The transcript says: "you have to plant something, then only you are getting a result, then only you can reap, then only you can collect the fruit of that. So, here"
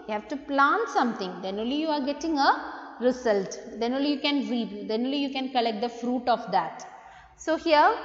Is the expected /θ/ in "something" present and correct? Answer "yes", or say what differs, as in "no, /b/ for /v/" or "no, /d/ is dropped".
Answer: no, /t/ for /θ/